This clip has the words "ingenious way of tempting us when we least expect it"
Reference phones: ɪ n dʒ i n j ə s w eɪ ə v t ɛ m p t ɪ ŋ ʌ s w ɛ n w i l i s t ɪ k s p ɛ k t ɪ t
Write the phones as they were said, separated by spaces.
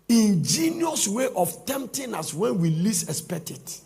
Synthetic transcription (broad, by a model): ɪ n dʒ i n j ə s w eɪ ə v t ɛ m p t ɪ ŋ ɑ s w ɛ n w i l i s ɪ s p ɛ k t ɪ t